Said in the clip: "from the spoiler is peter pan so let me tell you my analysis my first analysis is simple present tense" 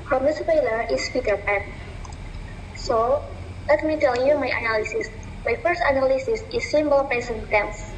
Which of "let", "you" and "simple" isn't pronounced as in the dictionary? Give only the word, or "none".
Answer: simple